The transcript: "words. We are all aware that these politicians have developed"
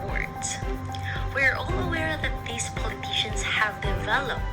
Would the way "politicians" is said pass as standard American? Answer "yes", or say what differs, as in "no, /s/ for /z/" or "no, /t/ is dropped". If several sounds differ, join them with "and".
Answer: yes